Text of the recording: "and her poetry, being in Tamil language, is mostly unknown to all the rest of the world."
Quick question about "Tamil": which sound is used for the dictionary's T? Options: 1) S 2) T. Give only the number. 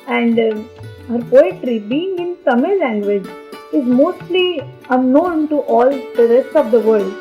1